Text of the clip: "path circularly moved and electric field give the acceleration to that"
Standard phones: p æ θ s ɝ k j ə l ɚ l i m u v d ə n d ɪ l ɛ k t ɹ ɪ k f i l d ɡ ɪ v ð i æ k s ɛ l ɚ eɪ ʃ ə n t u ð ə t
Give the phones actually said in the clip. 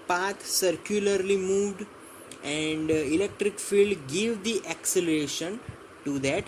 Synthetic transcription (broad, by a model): p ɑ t s ɝ k j ə l ɚ l i m u v d ə n d ɪ l ɛ k t ɹ ɪ k f i l d ɡ ɪ v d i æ k s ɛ l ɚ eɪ ʃ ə n t u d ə t